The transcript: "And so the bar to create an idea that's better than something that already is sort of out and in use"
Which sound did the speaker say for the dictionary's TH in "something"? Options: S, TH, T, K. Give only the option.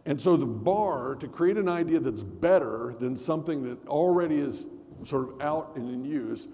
TH